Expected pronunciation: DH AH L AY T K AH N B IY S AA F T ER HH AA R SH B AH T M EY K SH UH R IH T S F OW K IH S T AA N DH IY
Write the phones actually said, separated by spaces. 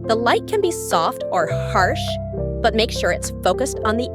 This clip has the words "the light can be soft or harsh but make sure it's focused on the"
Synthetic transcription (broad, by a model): DH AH L AY T K AH N B IY S AA F T ER HH AA R SH B AH T M EY K SH UH R IH T S F OW K IH S T N DH IY